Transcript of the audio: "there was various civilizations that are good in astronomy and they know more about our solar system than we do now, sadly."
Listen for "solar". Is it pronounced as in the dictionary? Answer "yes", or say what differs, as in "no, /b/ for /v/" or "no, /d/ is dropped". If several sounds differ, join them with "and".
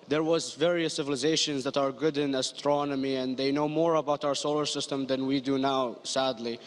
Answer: yes